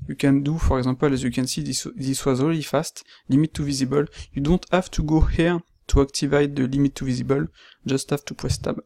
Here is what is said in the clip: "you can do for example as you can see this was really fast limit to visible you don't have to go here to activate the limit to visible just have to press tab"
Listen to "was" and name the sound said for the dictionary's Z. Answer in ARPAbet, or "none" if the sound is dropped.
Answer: Z